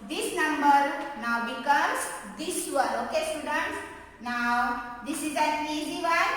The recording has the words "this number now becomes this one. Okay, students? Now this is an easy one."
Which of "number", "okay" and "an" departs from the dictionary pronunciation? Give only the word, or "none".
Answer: an